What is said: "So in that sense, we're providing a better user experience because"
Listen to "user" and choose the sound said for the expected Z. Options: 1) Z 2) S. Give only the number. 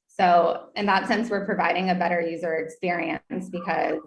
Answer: 1